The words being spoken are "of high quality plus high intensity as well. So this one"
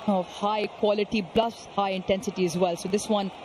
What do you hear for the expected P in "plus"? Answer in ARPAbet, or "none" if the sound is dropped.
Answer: B